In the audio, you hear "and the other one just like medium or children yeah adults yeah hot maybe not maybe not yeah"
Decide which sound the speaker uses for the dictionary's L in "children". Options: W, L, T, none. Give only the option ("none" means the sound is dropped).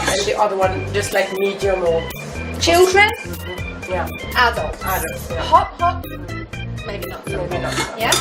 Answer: L